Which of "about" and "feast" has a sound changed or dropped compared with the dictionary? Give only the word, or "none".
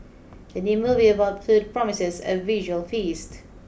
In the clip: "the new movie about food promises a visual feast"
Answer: none